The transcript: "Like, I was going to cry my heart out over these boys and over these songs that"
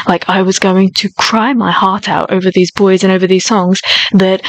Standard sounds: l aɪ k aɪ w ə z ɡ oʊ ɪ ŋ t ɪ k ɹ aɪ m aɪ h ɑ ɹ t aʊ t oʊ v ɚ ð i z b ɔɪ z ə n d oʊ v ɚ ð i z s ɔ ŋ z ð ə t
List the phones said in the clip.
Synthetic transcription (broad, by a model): l aɪ k aɪ w ə z ɡ oʊ ɪ ŋ t ɪ k ɹ aɪ m aɪ h ɑ ɹ t aʊ t oʊ v ɚ ð i z b ɔɪ z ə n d oʊ v ɚ ð i z s ɔ ŋ z ð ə t